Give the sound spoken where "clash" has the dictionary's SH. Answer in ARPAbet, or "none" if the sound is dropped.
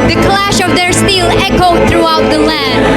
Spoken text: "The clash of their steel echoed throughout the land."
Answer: SH